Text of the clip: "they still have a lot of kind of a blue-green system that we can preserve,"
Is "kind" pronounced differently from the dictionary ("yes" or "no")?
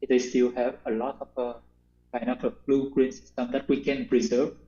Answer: yes